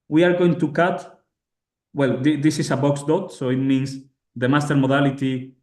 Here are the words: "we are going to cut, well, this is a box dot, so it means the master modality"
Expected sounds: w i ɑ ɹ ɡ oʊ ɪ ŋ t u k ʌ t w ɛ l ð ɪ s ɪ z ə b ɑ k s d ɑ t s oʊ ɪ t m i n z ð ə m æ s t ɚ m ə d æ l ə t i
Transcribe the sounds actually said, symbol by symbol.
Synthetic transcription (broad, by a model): w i ɑ ɹ ɡ oʊ ɪ ŋ t u k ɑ t w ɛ l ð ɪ s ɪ s ə b ɑ k s d ɑ t s oʊ ɪ t m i n s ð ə m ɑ s t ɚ m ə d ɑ l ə t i